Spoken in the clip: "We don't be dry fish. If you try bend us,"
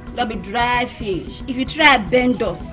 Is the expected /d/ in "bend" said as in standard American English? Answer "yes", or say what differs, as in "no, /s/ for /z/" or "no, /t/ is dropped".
yes